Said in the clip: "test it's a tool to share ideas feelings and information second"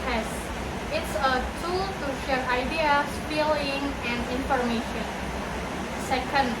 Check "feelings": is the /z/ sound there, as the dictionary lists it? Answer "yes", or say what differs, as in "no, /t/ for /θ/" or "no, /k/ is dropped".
no, /z/ is dropped